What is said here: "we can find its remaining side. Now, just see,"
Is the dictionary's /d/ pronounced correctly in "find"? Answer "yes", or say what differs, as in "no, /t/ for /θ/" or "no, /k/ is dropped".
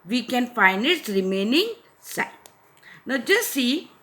no, /d/ is dropped